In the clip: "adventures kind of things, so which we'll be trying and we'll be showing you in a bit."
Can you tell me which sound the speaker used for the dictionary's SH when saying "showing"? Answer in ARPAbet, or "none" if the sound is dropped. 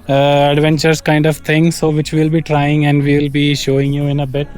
SH